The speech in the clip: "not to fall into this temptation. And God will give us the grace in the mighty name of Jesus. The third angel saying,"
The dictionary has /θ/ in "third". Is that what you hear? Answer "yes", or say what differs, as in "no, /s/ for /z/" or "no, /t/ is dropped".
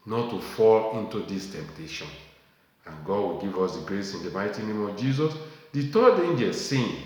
no, /t/ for /θ/